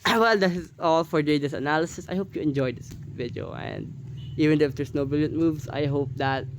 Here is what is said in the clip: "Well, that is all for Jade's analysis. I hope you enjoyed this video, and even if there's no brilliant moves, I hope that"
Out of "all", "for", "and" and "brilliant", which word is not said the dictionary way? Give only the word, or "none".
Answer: brilliant